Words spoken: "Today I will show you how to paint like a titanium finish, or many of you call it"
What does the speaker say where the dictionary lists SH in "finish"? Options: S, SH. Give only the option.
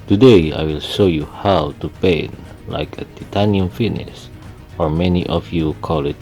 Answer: S